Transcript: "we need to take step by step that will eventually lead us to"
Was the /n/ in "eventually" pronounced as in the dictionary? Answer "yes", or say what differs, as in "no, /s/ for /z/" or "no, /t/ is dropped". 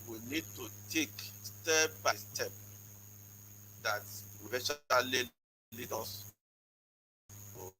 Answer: no, /n/ is dropped